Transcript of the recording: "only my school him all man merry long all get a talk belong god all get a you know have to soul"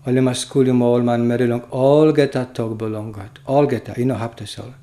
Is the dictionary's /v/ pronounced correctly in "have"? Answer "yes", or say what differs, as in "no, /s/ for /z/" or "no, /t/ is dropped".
no, /p/ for /v/